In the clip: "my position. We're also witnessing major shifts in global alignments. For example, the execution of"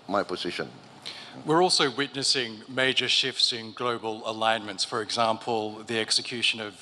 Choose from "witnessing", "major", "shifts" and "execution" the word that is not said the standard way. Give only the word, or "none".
none